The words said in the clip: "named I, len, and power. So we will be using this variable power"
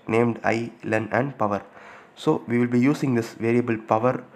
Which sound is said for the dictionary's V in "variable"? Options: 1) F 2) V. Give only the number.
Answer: 2